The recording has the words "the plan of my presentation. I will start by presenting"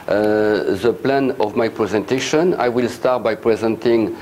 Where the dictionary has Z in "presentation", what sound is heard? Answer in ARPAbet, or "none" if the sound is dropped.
Z